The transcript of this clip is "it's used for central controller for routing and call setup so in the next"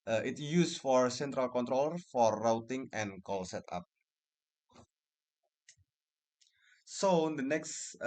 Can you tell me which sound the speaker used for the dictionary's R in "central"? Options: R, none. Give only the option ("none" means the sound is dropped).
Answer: R